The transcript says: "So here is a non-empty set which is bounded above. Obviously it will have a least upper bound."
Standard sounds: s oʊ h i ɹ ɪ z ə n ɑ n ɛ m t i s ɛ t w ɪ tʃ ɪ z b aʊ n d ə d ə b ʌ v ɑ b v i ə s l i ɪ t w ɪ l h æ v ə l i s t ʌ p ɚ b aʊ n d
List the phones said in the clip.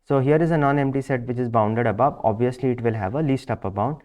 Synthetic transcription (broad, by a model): s oʊ h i ɹ ɪ z ə n ɑ n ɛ m t i s ɛ t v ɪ tʃ ɪ z b aʊ n d ə d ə b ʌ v ɑ b v i ə s l i ɪ t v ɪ l h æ v ə l i s t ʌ p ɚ b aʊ n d